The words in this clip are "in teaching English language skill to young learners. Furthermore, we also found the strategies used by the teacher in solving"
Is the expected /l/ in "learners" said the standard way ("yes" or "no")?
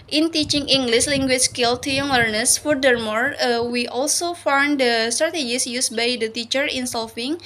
no